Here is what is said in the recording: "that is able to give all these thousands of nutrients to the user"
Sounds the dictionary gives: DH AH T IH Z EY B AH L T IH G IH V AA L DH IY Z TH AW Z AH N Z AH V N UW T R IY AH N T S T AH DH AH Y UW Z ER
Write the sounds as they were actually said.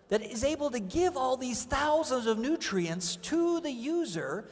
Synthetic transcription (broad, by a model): DH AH T IH Z EY B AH L T IH G IH V AA L DH IY Z TH AW Z AH N Z AH V N UW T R IY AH N T S T AH DH AH Y UW Z ER